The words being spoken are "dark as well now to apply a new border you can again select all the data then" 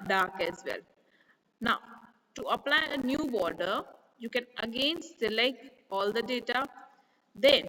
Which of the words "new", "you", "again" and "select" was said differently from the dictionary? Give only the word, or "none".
select